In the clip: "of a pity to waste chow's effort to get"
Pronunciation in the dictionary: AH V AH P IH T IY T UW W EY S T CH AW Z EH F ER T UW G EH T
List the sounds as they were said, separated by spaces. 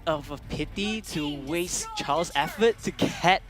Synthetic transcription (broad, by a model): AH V AH P IH T IY T UW W EY S CH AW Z EH F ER T UW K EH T